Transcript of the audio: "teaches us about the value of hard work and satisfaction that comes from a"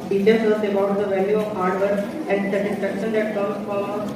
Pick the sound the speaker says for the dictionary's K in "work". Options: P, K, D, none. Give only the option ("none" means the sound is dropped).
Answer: none